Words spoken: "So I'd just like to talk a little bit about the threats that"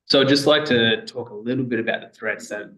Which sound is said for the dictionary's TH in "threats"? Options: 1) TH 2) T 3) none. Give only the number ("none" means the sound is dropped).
1